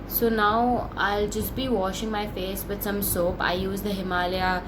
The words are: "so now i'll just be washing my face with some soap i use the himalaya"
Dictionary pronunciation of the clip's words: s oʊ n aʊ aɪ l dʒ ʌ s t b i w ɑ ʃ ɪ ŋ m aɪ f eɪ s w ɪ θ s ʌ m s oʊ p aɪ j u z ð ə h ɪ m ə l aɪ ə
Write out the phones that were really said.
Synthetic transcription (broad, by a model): s oʊ n aʊ aɪ l dʒ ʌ s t b i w ɑ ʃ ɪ ŋ m aɪ f eɪ s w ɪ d s ʌ m s oʊ p aɪ j u z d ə h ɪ m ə l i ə